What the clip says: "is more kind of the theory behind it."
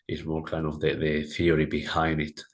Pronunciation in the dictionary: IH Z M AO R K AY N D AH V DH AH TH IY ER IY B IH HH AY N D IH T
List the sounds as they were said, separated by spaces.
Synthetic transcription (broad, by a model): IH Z M AO R K AY N D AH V DH AH TH IY ER IY B IH HH AY N D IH T